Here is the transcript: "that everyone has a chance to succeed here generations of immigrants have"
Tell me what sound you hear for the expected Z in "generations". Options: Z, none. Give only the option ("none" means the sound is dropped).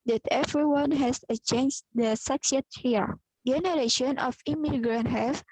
none